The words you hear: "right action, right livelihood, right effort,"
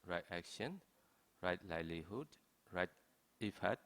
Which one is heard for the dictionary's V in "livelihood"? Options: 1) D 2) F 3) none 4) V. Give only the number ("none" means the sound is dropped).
3